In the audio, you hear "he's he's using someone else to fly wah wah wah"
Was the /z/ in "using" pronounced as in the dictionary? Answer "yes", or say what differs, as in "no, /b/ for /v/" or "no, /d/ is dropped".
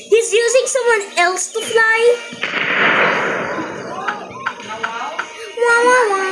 yes